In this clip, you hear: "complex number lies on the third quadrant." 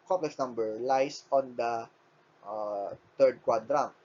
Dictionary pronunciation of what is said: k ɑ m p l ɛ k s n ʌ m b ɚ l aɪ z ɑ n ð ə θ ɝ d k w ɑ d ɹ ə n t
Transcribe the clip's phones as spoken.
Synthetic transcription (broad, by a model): k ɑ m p l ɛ k s n ʌ m b ɚ l aɪ s ɑ n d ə t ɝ d k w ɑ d ɹ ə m